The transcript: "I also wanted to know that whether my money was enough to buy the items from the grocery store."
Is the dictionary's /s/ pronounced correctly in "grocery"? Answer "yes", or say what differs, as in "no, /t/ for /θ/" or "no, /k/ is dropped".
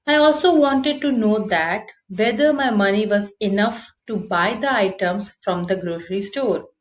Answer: no, /ʃ/ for /s/